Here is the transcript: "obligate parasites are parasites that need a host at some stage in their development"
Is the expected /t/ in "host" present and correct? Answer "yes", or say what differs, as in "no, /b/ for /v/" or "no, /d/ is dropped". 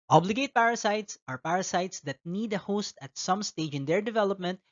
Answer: yes